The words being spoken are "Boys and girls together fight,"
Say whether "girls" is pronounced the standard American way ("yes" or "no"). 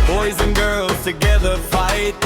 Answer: yes